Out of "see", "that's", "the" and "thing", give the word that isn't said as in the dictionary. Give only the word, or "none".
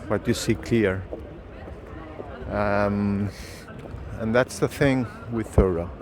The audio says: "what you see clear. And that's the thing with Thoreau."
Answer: none